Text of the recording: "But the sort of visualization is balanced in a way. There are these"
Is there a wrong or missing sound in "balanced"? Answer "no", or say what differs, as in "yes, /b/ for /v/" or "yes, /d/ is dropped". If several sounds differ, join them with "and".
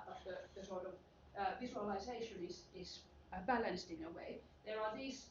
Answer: no